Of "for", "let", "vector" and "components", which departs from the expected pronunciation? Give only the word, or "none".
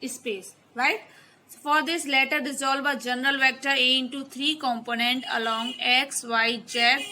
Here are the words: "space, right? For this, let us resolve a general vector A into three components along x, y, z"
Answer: components